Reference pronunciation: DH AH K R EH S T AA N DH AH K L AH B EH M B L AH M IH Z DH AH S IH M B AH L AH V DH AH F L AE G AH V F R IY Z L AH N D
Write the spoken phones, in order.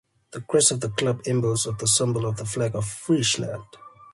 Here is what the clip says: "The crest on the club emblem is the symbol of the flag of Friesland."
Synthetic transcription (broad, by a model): DH AH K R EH S AA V DH AH K L AH B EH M B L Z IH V DH AH S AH M B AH L AH V DH AH F L AE G AH V F R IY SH L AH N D